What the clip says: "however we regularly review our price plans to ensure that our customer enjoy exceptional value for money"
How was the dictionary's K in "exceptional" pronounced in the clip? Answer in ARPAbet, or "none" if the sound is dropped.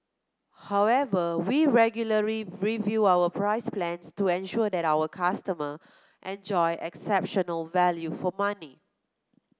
K